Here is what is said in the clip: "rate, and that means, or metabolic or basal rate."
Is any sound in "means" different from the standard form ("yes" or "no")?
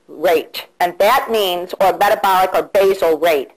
no